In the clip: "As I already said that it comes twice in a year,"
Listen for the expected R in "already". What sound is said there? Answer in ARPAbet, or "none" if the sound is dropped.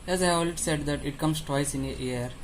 L